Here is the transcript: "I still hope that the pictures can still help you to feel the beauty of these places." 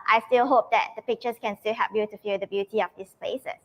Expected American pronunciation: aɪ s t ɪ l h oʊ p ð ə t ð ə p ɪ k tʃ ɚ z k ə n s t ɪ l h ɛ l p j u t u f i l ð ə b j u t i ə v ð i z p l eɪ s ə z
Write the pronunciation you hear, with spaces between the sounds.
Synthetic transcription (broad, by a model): aɪ s t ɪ l h oʊ p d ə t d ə p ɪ k tʃ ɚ s k ə n s t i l h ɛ p j u t u f i l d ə b j u t i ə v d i s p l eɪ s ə